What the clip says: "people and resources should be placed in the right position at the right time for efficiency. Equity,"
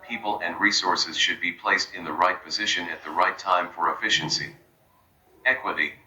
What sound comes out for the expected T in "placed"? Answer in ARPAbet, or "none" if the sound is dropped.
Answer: T